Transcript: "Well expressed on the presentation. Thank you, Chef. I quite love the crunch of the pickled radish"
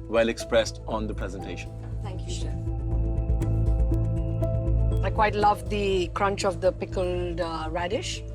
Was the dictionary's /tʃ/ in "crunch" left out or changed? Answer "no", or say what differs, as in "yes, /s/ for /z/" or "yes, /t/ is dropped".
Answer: no